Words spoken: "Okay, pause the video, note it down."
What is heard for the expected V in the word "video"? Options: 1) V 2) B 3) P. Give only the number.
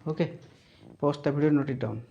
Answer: 2